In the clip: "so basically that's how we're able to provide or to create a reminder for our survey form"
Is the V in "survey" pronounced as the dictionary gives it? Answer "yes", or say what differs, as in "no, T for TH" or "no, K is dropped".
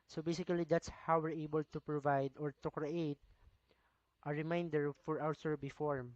no, B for V